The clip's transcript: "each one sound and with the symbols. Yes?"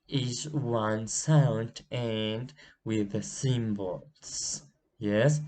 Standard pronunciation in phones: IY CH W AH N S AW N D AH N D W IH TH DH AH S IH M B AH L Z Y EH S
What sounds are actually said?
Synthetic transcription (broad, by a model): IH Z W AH N S AW N D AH N W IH DH AH S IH M B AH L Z Y EH S